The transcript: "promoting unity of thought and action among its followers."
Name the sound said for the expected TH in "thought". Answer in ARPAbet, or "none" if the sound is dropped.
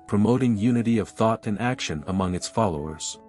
TH